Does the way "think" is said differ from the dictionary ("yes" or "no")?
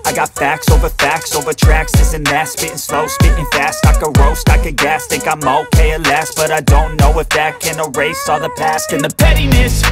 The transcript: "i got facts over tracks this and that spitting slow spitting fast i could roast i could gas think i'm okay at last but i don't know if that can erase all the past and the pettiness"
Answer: yes